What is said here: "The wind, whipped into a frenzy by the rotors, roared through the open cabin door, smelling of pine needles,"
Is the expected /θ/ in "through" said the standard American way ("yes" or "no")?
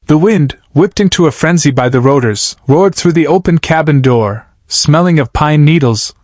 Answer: yes